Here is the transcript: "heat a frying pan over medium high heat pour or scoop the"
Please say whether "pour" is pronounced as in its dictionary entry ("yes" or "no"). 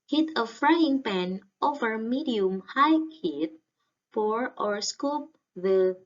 no